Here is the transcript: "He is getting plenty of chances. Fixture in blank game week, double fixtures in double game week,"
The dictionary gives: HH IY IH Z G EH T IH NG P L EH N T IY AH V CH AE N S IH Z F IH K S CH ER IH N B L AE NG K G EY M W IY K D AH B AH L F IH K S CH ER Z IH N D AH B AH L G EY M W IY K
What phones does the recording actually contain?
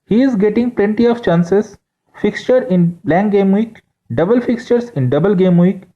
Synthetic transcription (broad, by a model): HH IY IH Z G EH T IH NG P L EH N T IY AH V CH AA N S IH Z F IH K S CH ER IH N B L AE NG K G EY M W IY K D AH B AH L F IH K S CH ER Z IH N D AH B AH L G EY M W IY K